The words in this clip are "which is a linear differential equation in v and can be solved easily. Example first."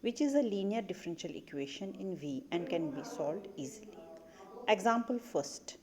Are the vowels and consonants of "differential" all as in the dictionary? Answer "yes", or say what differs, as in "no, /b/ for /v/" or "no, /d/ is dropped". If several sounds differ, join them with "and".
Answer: yes